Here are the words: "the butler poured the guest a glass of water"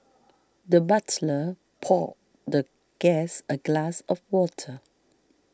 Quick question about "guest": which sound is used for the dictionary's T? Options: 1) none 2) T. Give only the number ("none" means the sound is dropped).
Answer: 1